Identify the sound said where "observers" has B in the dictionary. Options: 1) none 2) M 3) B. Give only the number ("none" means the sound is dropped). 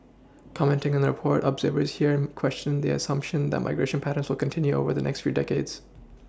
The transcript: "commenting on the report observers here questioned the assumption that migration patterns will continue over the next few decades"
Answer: 3